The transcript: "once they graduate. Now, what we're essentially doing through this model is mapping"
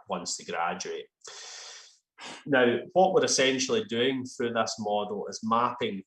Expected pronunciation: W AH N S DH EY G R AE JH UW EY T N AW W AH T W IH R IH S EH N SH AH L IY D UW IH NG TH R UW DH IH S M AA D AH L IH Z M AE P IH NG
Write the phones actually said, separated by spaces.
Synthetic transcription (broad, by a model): W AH N S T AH G R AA JH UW EY T N AW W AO T W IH R IH S EH N SH AH L IY D UW IH NG TH R UW DH IH S M AA D L IH Z M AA P IH NG